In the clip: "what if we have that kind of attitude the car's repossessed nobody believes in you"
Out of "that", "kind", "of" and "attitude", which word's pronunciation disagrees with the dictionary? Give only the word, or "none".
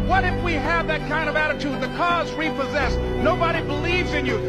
none